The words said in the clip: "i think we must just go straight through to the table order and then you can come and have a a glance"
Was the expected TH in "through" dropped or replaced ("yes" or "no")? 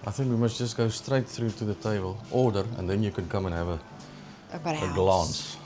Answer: no